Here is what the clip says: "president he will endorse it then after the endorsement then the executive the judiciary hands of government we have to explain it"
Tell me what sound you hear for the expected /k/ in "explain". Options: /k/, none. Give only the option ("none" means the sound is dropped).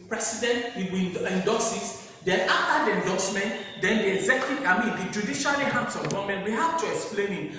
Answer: /k/